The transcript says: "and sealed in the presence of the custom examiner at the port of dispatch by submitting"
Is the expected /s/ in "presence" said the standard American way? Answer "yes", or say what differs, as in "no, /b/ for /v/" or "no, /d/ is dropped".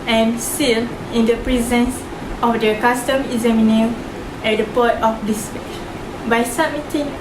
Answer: yes